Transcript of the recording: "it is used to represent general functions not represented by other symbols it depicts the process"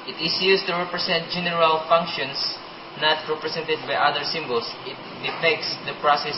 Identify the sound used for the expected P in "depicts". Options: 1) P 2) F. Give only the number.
2